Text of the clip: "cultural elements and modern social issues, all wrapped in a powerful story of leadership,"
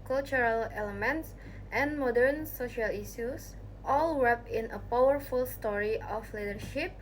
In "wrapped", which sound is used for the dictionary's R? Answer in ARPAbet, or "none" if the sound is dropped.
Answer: W